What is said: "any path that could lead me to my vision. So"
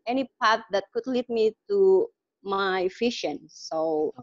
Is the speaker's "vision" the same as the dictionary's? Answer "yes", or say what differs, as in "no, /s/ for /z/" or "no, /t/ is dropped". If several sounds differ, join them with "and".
no, /f/ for /v/ and /ʃ/ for /ʒ/